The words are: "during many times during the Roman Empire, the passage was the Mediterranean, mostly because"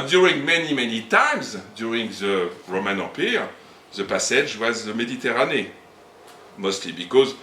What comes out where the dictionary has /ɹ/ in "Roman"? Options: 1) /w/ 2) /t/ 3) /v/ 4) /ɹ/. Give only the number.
4